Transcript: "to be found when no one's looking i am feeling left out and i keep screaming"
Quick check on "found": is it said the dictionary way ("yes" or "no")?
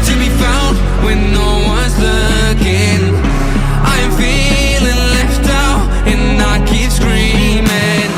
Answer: no